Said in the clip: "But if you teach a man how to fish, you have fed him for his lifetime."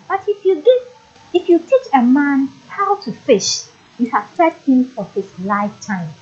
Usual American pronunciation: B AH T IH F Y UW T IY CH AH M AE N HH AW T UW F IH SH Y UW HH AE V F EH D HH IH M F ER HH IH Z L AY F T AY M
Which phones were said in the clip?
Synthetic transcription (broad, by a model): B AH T IH F Y UW T IY CH AH M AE N HH AW T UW F IH SH Y UW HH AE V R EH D HH IH M F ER HH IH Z L AY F T AY M